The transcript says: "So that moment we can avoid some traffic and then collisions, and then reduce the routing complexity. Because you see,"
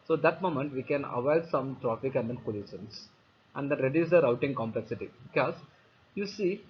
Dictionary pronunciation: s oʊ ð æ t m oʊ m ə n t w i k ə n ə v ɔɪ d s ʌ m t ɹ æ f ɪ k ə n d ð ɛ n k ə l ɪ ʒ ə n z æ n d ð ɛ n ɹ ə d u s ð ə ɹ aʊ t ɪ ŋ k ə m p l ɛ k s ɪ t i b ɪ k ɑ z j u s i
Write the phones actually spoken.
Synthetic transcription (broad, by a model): s oʊ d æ t m oʊ m ə n t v i k ə n ə v ɔɪ d s ʌ m t ɹ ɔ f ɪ k ə n d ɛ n k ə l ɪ ʃ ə n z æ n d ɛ n ɹ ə d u s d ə ɹ aʊ t ɪ ŋ k ə m p l ɛ k s ɪ t i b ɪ k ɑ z j u s i